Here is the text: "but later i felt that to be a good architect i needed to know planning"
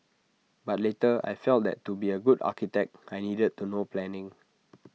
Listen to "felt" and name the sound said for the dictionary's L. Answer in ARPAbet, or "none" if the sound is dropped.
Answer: L